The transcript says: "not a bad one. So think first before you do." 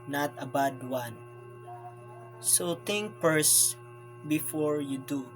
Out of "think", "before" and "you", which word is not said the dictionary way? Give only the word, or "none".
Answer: think